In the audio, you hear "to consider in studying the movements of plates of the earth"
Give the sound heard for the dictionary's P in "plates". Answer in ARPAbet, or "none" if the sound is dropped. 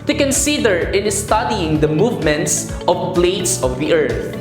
B